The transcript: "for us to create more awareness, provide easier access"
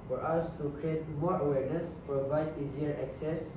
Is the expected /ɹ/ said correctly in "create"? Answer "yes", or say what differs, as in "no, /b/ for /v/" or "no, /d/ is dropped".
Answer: yes